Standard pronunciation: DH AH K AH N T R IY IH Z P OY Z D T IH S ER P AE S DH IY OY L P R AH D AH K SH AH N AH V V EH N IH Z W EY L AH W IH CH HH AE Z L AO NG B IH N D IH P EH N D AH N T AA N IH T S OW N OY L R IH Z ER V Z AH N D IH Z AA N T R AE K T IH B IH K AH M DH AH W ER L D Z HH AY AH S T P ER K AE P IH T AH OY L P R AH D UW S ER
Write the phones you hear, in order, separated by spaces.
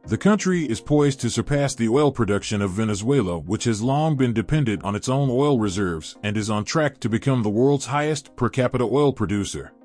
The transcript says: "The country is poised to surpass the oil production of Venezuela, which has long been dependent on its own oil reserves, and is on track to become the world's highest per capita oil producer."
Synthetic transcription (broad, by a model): DH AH K AH N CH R IY IH Z P OY Z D T IH S ER P AE S DH IY OY L P R AH D AH K SH AH N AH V V EH N IH Z W EY L AH W IH CH HH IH Z L AO NG B IH N D IH P EH N D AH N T N IH T S OW N OY L R IH Z ER V Z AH N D IH Z N T R AE K T IH B IH K AH M DH AH W ER L D Z HH AY AH S T P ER K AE P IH T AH OY L P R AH D UW S ER